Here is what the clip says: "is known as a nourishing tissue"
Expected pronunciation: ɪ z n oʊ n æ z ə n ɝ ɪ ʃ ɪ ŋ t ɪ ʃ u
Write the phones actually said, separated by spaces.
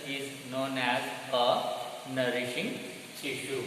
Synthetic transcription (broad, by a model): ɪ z n oʊ n æ z ə n ɝ ɪ ʃ ɪ ŋ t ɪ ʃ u